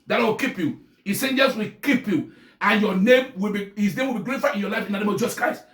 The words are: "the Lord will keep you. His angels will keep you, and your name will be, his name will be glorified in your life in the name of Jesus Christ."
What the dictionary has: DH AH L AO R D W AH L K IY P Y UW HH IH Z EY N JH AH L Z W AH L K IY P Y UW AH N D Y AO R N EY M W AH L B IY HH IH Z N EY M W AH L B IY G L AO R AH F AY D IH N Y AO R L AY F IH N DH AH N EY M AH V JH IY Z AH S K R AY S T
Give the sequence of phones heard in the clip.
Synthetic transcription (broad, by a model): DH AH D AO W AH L K IY P Y UW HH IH S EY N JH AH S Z W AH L K IY P Y UW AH N Y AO N EY M W AH L B IY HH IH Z N EY M W AH L B IY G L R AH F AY IH N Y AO L AY F IH N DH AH N EY M AH V JH IY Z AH S K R AY S T